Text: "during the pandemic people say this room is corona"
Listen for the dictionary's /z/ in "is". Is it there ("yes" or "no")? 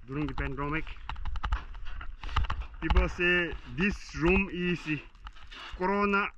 no